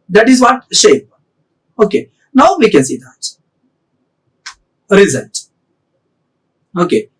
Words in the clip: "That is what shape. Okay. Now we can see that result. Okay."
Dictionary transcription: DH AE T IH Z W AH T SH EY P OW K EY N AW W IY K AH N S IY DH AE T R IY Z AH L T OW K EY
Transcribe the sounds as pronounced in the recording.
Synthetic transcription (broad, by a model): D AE T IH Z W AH T SH EY P OW K EY N AW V IY K AH N S IY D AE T R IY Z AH N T OW K EY